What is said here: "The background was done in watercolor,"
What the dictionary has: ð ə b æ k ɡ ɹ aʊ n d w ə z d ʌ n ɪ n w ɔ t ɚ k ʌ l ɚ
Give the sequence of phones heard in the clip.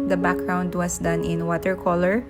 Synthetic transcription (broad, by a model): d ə b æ k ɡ ɹ aʊ n d w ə s d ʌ n ɪ n w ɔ t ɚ k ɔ l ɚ